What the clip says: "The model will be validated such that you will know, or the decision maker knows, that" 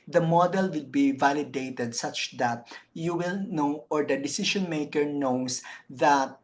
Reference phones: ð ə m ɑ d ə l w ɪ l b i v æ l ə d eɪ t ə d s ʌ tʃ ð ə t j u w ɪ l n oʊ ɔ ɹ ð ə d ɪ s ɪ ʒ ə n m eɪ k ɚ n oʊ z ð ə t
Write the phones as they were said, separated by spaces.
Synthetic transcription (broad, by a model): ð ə m ɑ d ə l w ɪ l b i v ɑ l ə d eɪ t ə d s ʌ tʃ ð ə t j u w ɪ l n oʊ ɔ ɹ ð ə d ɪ s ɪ ʃ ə n m eɪ k ɚ n oʊ s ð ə t